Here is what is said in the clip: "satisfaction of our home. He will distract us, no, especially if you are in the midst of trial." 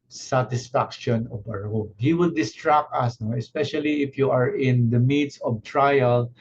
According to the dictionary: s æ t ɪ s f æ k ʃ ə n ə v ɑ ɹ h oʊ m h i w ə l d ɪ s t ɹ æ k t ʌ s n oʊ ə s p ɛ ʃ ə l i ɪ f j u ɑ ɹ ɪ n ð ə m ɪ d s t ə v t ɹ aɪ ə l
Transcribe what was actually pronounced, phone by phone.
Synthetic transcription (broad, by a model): s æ t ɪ s f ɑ k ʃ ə n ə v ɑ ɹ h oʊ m h i w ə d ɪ s t ɹ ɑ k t ʌ s n oʊ ə s p ɛ ʃ ə l i ɪ f j u ɑ ɹ ɪ n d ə m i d s ə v t ɹ aɪ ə l